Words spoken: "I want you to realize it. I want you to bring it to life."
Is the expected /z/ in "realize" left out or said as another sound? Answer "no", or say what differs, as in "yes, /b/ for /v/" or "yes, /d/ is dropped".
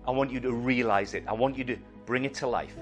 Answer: no